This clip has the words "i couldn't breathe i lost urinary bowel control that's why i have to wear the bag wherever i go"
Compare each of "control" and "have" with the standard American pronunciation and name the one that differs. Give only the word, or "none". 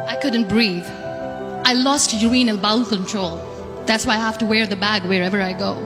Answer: have